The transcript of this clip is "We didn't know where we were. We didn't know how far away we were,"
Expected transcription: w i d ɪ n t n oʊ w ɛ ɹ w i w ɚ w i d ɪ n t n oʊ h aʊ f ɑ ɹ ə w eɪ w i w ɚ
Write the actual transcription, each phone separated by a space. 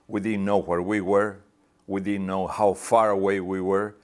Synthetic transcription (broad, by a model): w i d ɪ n n oʊ w ɛ ɹ w i w ɚ w i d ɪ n n oʊ h aʊ f ɑ ɹ ə w eɪ w i w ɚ